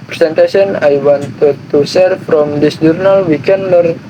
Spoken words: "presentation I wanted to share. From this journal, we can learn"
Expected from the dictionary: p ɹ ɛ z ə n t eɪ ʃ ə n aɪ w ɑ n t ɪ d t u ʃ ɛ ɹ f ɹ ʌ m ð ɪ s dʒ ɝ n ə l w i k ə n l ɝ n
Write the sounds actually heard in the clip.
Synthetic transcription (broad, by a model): p ɹ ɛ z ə n t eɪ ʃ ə n aɪ w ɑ n t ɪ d t u s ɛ ɹ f ɹ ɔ m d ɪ s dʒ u n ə l w i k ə n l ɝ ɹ